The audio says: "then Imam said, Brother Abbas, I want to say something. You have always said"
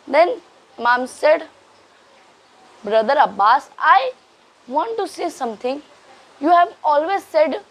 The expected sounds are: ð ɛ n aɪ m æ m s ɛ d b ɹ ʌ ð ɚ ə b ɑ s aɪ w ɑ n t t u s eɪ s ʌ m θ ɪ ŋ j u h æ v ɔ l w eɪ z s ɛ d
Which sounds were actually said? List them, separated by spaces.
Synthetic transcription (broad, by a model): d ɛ n m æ m s ɛ d b ɹ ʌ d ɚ ə b ɑ s aɪ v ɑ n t t u s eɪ s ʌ m t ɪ ŋ j u h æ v ɔ l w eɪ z s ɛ d